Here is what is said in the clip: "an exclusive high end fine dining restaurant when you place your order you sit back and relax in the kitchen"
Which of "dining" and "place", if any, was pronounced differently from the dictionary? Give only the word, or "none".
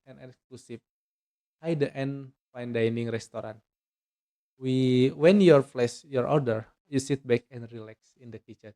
place